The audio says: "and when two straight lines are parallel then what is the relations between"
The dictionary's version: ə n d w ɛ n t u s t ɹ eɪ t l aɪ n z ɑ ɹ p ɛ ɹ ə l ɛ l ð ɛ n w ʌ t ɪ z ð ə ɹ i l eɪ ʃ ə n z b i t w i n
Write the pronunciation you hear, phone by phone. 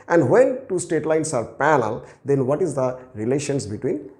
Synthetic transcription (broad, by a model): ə n d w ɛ n t u s t eɪ t l aɪ n s ɑ ɹ p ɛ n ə l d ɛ n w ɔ t ɪ z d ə ɹ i l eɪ ʃ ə n s b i t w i n